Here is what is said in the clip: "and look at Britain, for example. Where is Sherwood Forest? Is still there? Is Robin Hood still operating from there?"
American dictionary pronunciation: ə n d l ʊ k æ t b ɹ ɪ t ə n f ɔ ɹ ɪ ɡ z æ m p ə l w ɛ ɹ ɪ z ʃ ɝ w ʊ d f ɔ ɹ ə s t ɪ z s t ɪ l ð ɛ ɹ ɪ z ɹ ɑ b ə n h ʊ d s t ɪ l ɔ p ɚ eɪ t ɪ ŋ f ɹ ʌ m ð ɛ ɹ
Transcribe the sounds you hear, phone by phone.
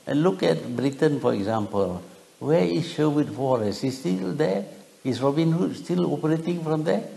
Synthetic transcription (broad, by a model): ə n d l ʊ k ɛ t b ɹ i t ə n f ɔ ɹ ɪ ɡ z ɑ m p ə l w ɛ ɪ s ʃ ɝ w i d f ɔ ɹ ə s ɪ s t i l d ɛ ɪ s ɹ ɑ b ə n h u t s t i l ɔ p ɚ eɪ t ɪ ŋ f ɹ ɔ m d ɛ